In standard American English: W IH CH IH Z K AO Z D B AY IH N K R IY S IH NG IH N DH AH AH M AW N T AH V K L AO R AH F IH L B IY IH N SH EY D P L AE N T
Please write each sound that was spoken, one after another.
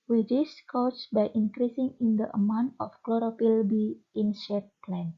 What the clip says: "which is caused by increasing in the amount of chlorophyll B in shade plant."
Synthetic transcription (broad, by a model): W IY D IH S K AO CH B AY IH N K R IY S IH NG IH N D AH AH M AW N T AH F K L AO R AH P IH L B IY IH N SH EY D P L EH N